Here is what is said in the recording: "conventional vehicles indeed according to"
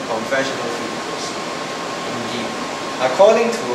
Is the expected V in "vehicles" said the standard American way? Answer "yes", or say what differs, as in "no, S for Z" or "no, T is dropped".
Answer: no, F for V